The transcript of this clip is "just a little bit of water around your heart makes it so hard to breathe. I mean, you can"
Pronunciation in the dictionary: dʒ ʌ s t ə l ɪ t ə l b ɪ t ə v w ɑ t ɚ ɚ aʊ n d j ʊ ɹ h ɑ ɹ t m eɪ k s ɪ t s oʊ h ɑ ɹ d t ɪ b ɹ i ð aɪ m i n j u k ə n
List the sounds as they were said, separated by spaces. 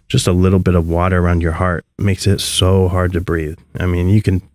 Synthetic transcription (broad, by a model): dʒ ʌ s t ə l ɪ t l b ɪ t ə v w ɑ t ɚ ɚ aʊ n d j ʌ ɹ h ɑ ɹ t m eɪ k s ɪ t s oʊ h ɑ ɹ d t ɪ b ɹ i ð aɪ m i n j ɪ k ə n